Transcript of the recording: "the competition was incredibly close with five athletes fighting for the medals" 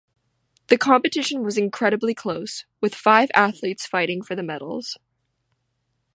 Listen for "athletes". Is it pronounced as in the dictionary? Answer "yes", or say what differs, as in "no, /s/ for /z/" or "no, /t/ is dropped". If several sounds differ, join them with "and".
yes